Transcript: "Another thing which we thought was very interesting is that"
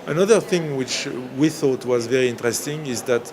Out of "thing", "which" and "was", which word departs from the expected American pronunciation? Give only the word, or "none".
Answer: none